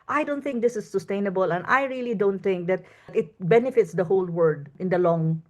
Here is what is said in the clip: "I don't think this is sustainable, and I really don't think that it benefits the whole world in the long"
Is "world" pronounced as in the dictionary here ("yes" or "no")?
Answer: no